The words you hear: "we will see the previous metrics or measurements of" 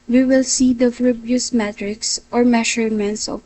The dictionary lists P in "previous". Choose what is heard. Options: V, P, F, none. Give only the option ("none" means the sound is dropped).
F